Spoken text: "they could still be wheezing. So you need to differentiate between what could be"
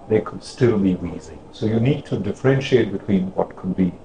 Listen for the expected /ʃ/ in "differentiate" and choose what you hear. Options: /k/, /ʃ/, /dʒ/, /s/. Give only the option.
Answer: /ʃ/